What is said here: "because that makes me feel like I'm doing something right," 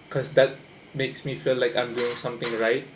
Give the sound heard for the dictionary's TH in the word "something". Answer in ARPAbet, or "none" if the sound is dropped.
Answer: T